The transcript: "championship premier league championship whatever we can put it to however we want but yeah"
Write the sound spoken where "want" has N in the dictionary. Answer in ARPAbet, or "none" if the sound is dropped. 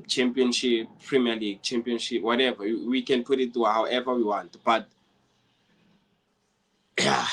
N